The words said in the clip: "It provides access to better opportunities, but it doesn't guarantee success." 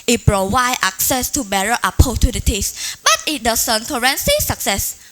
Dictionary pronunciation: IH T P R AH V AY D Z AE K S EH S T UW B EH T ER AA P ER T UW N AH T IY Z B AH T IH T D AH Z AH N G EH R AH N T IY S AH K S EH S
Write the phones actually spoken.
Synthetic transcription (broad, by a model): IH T P R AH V AY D AA K S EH S T UW B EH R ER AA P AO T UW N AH T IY S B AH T IH T D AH S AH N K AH R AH N S IY S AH K S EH S